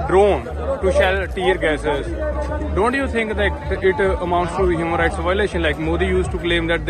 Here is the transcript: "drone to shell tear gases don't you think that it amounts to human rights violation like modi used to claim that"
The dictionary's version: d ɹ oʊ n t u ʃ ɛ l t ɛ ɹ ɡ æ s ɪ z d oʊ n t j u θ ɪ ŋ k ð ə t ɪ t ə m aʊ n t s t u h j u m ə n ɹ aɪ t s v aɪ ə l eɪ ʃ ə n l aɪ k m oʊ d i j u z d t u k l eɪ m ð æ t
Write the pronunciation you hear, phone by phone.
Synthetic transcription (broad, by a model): d ɹ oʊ n t u ʃ ɛ l t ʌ ɹ ɡ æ s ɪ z d oʊ n t j u t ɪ ŋ k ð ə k ɪ t ə m aʊ n t s t u h j u m ə n ɹ aɪ t s v aɪ ə l eɪ ʃ ə n l aɪ k m oʊ d i j u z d t u k l eɪ m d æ t